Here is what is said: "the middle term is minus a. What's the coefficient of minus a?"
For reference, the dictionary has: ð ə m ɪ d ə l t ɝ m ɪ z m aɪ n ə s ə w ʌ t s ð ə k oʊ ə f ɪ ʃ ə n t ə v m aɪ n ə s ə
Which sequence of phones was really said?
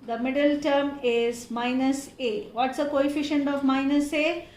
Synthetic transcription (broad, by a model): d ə m ɪ d ə l t ɝ m ɪ z m aɪ n ə s ə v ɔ t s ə k oʊ ə f ɪ ʃ ə n t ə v m aɪ n ə s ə